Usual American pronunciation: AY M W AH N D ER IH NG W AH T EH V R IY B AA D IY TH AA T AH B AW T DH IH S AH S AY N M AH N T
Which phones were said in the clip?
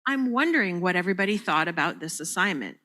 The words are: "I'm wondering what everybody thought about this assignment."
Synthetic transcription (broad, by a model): AY M W AH N D ER IH NG W AH T EH V R IY B AA D IY TH AA T AH B AW T DH IH S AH S AY N M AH N T